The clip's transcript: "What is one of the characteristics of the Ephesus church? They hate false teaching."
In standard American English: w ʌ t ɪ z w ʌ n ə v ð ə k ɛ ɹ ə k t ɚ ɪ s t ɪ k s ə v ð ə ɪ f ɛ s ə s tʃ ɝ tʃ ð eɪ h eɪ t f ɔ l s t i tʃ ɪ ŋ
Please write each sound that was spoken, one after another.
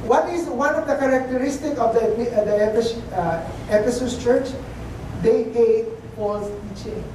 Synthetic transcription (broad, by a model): w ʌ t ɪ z w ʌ n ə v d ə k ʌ ɹ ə k t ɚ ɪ s t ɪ k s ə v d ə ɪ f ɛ s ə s tʃ ɝ tʃ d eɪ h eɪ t p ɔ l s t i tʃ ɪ